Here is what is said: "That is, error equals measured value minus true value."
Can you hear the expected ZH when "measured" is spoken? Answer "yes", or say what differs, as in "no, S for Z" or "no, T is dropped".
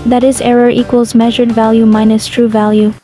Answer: yes